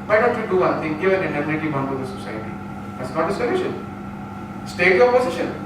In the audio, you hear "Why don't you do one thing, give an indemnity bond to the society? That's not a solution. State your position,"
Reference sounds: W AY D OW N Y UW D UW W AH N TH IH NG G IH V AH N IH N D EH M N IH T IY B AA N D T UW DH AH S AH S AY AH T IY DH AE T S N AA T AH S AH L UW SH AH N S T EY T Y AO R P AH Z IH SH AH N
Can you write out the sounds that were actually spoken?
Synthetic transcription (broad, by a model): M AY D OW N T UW D UW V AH N T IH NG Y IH AH N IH N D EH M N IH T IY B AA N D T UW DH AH S AH S AY AH T IY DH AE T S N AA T AH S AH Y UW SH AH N S T EY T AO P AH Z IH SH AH N